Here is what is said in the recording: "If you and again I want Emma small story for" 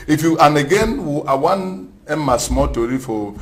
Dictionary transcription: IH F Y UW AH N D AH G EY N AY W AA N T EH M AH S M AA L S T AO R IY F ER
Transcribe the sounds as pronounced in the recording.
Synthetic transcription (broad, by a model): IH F Y UW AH N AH G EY N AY W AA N EH M AH S M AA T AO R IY F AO